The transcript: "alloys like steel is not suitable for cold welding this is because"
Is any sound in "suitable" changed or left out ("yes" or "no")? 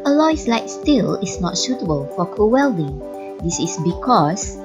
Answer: yes